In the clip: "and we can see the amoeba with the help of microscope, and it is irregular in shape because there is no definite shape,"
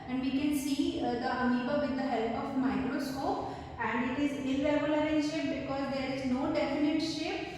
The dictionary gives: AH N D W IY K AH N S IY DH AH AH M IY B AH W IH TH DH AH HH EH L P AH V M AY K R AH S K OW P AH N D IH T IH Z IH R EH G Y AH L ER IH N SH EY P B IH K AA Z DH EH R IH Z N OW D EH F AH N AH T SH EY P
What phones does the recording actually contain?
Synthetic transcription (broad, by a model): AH N D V IY K AH N S IY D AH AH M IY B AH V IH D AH HH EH L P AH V M AY K R AH S K OW P AH N D IH T IH Z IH L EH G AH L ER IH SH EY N B IH K AA Z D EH R IH Z N OW D EH F AH N AH T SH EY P